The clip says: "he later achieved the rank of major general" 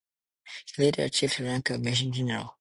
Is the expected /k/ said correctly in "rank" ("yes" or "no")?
yes